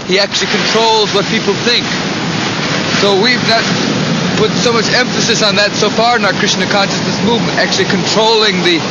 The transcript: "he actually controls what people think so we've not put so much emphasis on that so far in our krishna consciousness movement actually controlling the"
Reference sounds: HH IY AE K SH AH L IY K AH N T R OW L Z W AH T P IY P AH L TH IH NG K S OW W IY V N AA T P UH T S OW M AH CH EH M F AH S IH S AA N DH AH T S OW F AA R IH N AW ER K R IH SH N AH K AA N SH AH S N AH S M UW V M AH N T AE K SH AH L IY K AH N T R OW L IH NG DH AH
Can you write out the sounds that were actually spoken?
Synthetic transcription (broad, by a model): HH IY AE K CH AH L IY K AH N T R OW L Z W AH T P IY P L TH IH NG K S OW W IY V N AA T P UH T S OW M AH CH EH M F AH S IH S N DH AH T S OW F AA R IH N AW ER K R IH S N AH K AA N SH AH S N AH S M UW V M AH N T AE K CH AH L IY K AH N T R OW L IH NG DH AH